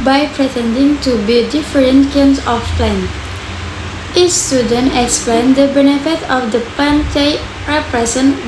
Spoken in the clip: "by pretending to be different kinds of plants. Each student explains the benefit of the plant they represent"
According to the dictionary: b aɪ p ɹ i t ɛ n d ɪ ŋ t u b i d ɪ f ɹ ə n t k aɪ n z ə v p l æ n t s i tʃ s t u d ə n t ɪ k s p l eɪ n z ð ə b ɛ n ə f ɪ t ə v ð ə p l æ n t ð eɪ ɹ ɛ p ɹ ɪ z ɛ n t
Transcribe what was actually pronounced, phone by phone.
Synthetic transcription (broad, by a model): b aɪ p ɹ i t ɛ n d ɪ ŋ t u b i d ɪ f ɹ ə n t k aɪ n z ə f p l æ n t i s t u d ə n t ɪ k s p l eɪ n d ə b ɛ n ə f ɪ t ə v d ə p æ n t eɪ ɹ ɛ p ɹ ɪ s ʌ n